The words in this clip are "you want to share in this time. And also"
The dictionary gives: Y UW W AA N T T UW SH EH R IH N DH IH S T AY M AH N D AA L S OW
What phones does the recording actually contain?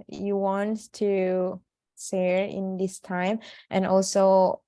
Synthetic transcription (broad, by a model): Y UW W AA N T T UW S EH R IH N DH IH S T AY M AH N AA L S OW